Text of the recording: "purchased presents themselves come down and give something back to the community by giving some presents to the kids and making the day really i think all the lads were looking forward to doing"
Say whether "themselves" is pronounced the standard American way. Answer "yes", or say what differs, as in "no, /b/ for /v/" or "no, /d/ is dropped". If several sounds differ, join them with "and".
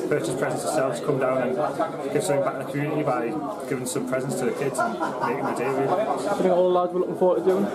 no, /m/ is dropped